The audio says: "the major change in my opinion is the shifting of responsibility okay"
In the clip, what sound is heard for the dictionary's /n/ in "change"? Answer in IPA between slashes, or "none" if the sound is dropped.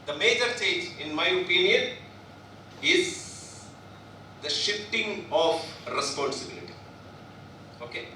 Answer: none